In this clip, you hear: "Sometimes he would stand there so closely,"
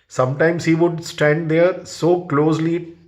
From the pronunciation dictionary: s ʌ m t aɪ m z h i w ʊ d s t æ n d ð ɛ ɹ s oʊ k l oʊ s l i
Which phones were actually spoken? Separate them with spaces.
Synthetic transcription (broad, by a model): s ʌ m t aɪ m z h i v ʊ d s t æ n d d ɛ ɹ s oʊ k l oʊ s l i